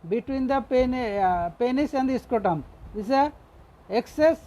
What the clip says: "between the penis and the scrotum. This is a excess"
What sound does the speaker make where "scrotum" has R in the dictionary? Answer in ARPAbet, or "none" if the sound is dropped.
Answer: none